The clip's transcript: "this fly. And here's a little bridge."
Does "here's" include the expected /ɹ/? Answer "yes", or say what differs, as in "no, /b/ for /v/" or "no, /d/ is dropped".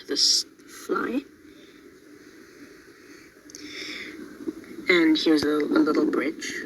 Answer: no, /w/ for /ɹ/